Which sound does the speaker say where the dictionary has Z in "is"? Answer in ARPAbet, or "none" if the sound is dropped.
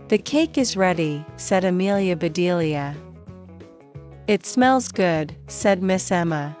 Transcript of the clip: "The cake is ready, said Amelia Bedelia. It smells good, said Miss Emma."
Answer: Z